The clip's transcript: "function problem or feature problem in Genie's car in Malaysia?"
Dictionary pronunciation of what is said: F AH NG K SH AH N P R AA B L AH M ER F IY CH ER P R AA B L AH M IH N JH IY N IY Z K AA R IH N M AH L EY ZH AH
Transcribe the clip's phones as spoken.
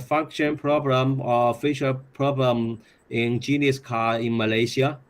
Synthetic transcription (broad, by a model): F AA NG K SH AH N P R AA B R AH M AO F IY SH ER P R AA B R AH M IH N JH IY N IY S K AA IH N M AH L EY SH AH